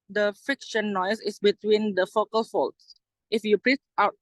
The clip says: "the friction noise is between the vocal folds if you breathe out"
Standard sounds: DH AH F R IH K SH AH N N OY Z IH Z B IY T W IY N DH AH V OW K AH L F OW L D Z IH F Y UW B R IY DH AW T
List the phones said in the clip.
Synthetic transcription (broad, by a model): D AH F IH K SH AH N N OY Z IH S B IY T W IY N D AH F OW K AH L F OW L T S IH F Y UW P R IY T AW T